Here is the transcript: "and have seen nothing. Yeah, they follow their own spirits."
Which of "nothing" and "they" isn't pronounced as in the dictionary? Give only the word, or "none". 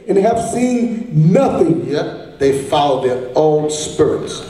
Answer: none